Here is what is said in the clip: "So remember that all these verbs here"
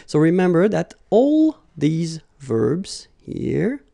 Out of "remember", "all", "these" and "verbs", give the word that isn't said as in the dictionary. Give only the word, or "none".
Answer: none